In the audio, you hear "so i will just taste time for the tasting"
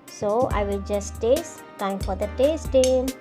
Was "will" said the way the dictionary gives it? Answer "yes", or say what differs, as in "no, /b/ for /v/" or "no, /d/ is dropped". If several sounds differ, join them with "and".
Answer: yes